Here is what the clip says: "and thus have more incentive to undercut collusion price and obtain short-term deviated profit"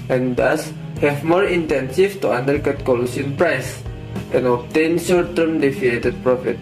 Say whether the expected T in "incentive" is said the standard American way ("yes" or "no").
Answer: no